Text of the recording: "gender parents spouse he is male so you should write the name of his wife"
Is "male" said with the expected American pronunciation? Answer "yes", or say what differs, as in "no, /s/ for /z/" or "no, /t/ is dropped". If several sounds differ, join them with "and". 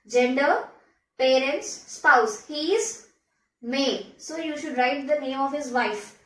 no, /n/ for /l/